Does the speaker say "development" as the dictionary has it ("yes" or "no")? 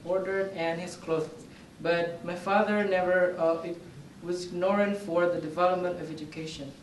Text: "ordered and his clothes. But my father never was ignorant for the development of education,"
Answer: yes